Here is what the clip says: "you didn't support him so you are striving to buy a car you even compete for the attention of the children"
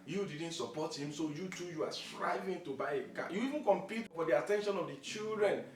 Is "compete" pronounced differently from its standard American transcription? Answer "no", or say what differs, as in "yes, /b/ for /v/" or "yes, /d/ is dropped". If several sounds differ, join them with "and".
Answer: no